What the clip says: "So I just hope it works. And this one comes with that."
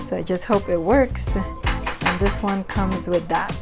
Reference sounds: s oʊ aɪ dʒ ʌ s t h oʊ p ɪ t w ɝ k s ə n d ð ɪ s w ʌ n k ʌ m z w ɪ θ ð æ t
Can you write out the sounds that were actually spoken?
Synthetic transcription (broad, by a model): s oʊ aɪ dʒ ʌ s t h oʊ p ɪ t w ɝ k s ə n ð ɪ s w ʌ n k ʌ m z w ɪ ð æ t